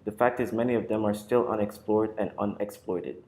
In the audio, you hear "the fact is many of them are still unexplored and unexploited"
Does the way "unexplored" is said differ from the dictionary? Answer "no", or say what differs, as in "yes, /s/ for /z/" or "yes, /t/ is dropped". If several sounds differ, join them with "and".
no